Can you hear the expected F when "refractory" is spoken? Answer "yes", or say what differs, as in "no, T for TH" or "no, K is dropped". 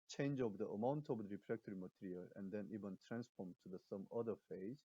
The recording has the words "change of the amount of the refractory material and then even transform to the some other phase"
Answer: no, P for F